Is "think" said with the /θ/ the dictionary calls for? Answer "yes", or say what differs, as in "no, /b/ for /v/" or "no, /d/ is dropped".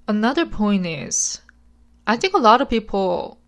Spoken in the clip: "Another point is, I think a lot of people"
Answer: yes